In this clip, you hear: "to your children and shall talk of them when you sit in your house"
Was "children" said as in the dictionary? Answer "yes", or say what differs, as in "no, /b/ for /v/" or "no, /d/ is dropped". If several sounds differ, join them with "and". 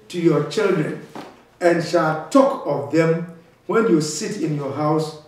yes